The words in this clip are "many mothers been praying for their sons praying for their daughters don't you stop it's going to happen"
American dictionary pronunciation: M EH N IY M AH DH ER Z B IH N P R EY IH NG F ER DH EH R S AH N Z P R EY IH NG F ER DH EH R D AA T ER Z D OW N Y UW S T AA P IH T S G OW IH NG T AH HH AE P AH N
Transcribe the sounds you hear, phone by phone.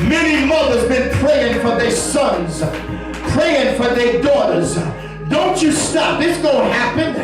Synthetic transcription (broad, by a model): M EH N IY M AH DH ER Z B IH N P R EY IH NG F ER DH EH R S AH N Z P R EY IH NG F ER DH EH R D AA T ER Z D OW N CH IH S T AA P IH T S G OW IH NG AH HH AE P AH N